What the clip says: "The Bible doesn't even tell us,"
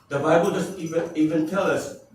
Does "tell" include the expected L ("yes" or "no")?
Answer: yes